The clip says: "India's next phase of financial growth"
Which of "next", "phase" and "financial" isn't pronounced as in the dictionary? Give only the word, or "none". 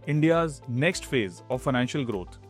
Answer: none